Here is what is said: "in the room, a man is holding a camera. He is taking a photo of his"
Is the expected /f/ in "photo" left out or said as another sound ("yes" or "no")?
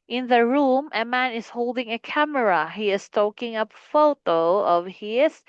no